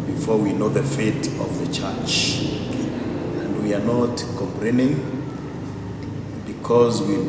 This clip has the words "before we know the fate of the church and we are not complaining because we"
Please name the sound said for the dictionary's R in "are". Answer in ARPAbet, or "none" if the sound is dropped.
R